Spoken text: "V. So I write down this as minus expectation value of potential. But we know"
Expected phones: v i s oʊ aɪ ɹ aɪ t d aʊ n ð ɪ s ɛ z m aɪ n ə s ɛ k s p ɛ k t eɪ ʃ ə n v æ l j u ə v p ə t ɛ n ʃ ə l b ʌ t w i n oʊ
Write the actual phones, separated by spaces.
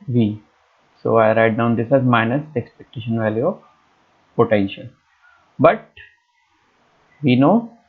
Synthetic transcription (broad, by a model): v i s oʊ aɪ ɹ aɪ t d aʊ n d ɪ s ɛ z m aɪ n ə s ɛ k s p ɛ k t eɪ ʃ ə n v æ l j u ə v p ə t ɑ ʃ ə n b ʌ t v i n oʊ